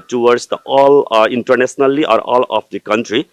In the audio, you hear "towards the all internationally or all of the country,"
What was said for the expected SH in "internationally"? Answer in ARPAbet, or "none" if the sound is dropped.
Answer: S